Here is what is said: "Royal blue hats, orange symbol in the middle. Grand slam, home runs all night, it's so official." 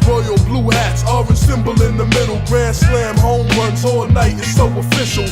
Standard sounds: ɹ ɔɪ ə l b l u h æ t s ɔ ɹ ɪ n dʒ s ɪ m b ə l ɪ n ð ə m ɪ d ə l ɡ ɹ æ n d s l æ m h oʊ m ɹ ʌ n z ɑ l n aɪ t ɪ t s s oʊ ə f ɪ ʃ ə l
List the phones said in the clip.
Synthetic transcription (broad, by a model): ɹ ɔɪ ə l b l u h æ t s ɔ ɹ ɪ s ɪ m b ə l ɪ n ð ə m ɪ d l ɡ ɹ æ s l æ m h oʊ m w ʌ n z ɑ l n aɪ t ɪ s s oʊ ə f ɪ ʃ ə l